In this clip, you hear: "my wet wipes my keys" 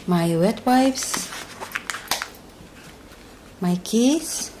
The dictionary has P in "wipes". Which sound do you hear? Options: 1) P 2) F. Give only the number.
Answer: 2